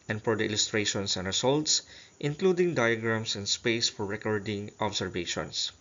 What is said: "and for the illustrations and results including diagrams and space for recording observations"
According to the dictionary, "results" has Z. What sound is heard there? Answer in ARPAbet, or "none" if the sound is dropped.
S